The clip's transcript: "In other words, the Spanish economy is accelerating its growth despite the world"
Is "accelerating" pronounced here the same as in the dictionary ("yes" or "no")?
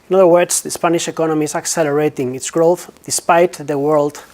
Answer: yes